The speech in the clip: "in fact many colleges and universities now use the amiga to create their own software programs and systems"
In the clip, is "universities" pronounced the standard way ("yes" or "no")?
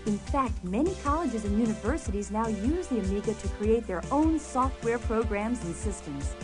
yes